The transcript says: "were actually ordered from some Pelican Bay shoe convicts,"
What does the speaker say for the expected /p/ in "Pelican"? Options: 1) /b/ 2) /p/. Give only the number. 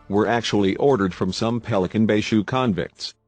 2